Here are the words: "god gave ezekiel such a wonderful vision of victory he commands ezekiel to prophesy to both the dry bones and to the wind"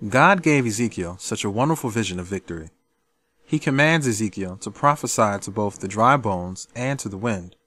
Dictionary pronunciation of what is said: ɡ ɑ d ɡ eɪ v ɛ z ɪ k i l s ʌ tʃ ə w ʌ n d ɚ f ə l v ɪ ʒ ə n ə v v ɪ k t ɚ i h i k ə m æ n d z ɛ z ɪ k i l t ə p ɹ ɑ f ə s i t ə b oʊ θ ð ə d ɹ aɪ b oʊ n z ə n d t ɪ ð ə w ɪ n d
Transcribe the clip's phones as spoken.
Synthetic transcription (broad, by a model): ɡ ɑ d ɡ eɪ v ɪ z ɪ k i l s ʌ tʃ ə w ʌ n d ɚ f l v ɪ ʒ ə n ə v v ɪ k t ɚ i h i k ə m æ n d z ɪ z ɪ k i l t ə p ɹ ɑ f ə s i t ə b oʊ θ ð ə d ɹ aɪ b oʊ n z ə n t ɪ ð ə w ɪ n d